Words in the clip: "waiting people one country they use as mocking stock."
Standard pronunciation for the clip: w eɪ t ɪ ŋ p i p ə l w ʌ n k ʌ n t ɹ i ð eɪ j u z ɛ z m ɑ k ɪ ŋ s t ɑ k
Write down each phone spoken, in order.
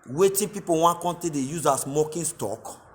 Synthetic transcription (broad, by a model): w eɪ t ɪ p i p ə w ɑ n k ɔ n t i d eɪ j u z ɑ s m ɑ k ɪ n s t ɑ k